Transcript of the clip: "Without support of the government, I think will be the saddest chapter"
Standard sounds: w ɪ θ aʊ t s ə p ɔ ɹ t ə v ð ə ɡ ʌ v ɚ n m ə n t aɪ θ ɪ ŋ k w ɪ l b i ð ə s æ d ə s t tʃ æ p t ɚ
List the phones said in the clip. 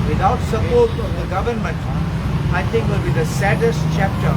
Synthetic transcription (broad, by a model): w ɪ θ aʊ t s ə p ɔ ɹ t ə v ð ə ɡ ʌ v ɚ n m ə n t aɪ t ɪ ŋ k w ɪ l b i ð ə s æ d ə s t tʃ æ p t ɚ